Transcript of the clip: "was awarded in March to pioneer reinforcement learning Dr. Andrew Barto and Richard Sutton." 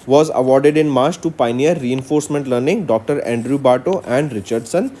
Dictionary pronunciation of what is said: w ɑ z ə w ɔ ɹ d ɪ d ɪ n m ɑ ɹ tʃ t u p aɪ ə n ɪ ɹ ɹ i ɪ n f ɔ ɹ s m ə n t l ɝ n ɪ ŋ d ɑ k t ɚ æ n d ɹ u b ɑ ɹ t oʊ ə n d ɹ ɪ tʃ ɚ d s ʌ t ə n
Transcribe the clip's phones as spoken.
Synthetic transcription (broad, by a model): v ɑ z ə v ɔ ɹ d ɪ d ɪ n m ɑ ɹ tʃ t u p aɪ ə n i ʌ ɹ i ɪ n f ɔ ɹ s m ə n t l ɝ n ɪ ŋ d ɑ k t ɚ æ n d ɹ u b ɑ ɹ t oʊ ə n d ɹ ɪ tʃ ɚ d s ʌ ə n